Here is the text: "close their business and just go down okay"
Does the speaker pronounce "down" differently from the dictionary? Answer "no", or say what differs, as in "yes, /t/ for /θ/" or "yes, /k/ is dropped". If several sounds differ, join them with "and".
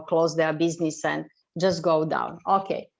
no